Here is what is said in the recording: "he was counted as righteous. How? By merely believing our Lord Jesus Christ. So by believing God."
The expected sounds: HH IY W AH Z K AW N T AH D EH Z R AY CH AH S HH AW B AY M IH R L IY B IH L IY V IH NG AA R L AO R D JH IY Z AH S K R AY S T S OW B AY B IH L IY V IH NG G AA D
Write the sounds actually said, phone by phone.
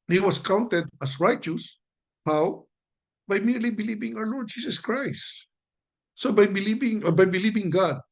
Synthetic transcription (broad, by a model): HH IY W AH S K AW N T AH D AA S R AY CH AH S HH AW B AY M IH R L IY B IH L IY V IH NG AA W L AO R D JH IY S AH S K R AY S T S OW B AY B IH L IY V IH NG G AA D